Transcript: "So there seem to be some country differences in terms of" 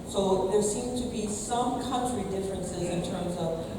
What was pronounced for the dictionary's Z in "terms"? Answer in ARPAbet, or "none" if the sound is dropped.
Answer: Z